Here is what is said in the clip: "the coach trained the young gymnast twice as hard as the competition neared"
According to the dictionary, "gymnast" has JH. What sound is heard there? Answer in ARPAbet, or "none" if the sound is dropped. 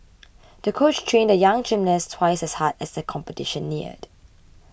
CH